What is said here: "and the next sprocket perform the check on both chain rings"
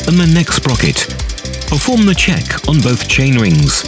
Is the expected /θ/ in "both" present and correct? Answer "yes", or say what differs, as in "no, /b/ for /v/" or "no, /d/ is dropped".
yes